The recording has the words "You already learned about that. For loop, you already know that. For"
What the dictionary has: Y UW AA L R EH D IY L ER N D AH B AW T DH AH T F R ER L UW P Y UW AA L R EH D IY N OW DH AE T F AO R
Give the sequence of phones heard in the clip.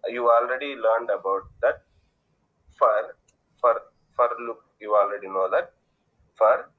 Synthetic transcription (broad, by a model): Y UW AA L R EH D IY L ER N D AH B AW T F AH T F R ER L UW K Y UW AA L R EH D IY N OW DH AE T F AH R